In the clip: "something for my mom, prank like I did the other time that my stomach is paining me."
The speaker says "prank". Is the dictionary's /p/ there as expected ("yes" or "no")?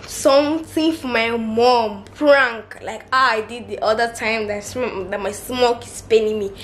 no